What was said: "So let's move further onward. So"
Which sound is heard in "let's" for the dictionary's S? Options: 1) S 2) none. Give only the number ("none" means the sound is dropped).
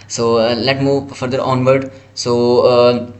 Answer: 2